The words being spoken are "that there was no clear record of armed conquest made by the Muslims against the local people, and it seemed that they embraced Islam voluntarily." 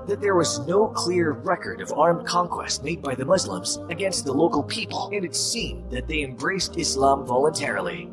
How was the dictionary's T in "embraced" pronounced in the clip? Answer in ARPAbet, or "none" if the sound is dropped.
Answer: T